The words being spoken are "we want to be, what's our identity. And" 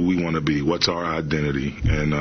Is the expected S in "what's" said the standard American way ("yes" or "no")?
yes